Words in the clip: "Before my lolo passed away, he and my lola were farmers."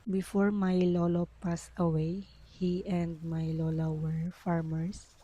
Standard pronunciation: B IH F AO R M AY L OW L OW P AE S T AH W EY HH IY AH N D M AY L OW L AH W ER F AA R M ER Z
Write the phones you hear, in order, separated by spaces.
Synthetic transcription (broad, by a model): B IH F AO R M AY L OW L OW P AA S AH W EY HH IY AH N D M AY L OW L AH W ER F AA R M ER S